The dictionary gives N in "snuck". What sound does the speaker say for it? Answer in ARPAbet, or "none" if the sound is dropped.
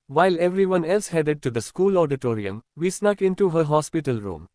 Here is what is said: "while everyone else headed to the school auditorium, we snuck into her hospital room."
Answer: N